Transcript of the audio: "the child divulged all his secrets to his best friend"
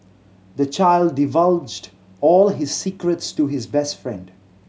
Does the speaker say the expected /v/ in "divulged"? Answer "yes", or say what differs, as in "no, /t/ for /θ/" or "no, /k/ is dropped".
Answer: yes